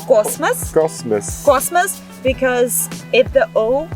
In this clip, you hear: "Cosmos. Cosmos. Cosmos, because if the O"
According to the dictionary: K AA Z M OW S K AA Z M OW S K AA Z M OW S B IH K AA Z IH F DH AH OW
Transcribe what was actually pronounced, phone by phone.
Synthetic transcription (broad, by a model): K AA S M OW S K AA S M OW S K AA S M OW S B IH K AA Z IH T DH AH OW